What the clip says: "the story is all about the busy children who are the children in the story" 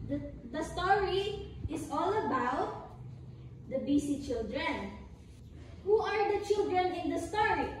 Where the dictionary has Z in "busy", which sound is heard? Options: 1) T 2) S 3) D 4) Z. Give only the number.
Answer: 2